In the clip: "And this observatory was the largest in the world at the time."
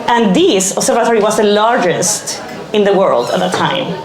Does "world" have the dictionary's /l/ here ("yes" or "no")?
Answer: yes